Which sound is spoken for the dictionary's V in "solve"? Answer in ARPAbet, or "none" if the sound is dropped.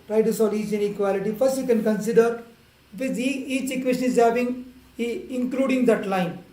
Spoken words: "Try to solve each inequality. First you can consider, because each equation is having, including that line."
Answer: none